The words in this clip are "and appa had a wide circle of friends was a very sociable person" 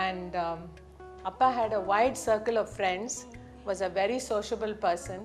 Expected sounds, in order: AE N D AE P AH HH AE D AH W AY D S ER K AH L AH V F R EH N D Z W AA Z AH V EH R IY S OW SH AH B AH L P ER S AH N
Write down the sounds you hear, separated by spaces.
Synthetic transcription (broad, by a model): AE N D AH P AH HH AE D AH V AY D S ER K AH L AH V F R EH N D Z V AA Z AH V EH R IY S OW SH AH B AH L P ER S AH N